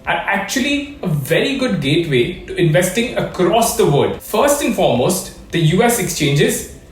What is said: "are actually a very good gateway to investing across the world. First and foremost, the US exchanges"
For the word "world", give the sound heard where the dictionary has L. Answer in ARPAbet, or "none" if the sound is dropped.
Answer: none